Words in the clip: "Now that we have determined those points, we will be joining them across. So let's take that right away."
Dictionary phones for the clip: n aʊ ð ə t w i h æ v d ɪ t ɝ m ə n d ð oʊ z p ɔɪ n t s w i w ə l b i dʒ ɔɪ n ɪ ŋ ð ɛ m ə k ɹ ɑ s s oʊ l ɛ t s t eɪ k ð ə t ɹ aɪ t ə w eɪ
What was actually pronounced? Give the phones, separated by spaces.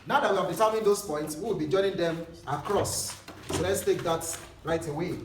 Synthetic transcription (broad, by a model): n aʊ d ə t w i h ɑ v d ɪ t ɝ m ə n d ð oʊ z p ɔɪ n t s w i w ə l b i dʒ ɔɪ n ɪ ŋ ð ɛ m ə k ɹ ɑ s s oʊ l ɛ t s t eɪ k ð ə t ɹ aɪ t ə w eɪ